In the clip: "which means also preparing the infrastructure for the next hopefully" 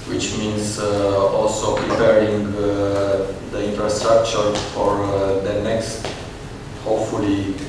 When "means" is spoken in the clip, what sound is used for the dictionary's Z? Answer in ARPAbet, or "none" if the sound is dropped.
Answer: S